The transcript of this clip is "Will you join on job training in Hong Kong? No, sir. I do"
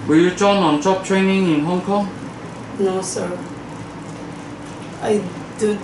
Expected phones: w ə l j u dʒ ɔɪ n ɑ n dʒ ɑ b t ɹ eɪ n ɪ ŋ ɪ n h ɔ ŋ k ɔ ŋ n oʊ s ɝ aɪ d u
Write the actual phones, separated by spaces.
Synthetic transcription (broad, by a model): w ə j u tʃ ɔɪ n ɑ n tʃ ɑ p t ɹ eɪ n ɪ ŋ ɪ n h ɔ ŋ k ɔ ŋ n oʊ s ɝ aɪ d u